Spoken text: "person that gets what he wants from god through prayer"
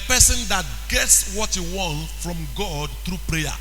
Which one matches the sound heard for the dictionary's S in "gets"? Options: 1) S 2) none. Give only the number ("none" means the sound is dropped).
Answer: 1